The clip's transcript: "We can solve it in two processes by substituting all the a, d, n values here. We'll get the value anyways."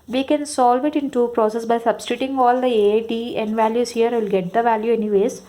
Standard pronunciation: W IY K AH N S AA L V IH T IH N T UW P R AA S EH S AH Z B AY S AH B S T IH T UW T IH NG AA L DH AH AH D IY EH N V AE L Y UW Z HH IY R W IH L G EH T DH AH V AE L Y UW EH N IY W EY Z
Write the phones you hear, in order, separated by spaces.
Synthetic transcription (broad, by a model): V IY K AH N S AA L V IH T IH N T UW P R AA S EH S B AY S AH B S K T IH T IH NG AA L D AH AH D IY EH N V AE L Y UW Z HH IY R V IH L G EH T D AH V AE L Y UW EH N IY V EY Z